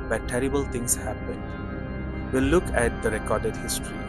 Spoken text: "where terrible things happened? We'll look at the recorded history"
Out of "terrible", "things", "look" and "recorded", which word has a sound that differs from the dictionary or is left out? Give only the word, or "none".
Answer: things